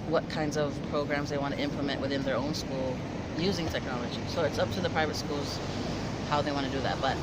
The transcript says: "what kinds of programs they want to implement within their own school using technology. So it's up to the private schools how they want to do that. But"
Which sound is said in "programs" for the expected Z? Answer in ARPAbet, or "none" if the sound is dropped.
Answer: Z